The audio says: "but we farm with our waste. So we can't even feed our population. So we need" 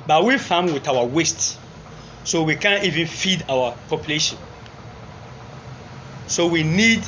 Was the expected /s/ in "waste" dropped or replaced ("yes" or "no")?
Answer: no